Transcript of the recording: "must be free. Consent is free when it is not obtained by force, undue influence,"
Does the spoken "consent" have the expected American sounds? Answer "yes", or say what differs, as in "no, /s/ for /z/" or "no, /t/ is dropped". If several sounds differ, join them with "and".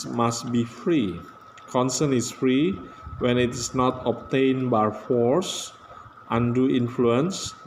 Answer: no, /t/ is dropped